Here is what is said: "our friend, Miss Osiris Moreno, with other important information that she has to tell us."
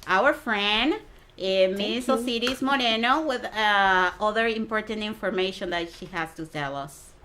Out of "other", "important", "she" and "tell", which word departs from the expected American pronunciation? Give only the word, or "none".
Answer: tell